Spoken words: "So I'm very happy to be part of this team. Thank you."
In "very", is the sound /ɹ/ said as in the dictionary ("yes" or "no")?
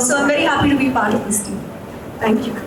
yes